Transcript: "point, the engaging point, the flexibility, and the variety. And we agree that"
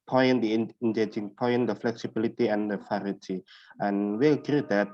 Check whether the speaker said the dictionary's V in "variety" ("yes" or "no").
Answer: no